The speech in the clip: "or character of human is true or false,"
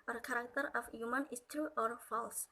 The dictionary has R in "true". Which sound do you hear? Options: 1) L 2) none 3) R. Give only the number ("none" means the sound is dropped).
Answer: 2